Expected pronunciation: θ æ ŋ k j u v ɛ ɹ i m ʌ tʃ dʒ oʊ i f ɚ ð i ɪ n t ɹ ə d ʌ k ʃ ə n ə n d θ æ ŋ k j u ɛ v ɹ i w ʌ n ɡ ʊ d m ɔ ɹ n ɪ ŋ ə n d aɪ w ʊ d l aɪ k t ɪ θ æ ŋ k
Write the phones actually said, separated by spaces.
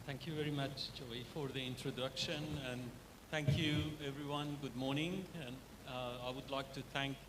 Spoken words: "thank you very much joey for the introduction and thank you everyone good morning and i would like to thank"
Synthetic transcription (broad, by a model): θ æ ŋ k j u v ɛ ɹ i m ʌ tʃ dʒ oʊ i f ɚ ð i ɪ n t ɹ ə d ʌ k ʃ ə n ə n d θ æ ŋ k j u ɛ v ɹ i w ʌ n ɡ ʊ d m ɔ ɹ n ɪ ŋ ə n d aɪ w ʊ d l aɪ k t ɪ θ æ ŋ k